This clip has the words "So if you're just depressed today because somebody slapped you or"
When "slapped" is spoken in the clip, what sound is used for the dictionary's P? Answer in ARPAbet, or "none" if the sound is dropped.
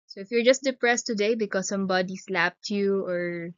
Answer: P